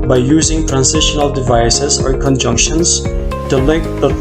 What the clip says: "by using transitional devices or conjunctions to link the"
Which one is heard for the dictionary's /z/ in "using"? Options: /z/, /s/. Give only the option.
/z/